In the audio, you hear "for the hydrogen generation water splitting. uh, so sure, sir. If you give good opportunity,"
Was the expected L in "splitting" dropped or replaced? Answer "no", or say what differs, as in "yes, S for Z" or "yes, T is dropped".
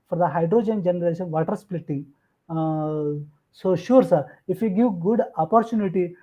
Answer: no